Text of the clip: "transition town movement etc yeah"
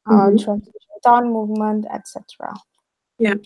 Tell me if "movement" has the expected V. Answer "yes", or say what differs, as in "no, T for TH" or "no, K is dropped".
yes